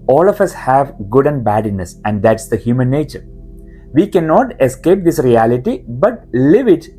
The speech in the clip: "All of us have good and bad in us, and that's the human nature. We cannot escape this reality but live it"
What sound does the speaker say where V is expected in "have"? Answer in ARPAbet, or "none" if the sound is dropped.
V